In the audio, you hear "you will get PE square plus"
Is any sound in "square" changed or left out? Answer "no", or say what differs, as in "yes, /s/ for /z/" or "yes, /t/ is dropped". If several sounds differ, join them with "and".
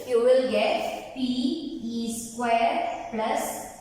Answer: no